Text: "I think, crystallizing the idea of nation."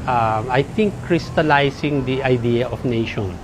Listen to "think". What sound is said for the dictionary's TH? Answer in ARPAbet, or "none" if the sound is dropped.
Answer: T